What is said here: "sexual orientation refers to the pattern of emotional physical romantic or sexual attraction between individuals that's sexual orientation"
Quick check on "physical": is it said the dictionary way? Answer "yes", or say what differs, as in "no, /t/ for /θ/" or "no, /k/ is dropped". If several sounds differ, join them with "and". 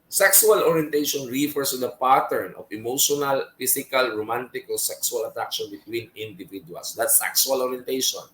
no, /s/ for /z/